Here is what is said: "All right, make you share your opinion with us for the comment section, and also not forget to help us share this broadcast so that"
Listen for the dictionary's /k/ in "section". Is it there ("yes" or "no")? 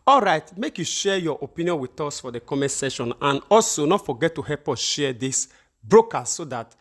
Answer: no